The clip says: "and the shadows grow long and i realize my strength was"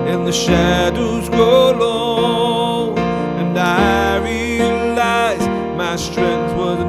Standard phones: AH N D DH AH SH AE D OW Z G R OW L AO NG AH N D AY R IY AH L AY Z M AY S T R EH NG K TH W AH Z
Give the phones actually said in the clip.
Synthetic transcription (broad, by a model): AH N DH AH SH AE D OW Z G OW L AO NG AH N AY R IY AH L AY Z M AY S T R EH NG K TH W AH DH